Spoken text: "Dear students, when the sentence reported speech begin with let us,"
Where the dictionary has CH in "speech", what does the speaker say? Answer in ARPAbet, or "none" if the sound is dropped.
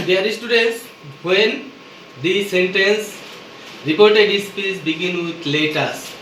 S